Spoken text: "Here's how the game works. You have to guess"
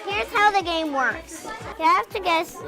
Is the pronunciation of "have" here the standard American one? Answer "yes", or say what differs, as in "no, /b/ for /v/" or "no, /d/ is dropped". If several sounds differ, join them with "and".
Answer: no, /f/ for /v/